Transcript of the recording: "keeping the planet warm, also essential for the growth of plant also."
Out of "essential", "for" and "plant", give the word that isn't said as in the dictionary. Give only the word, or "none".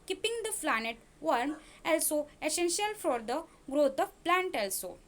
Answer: none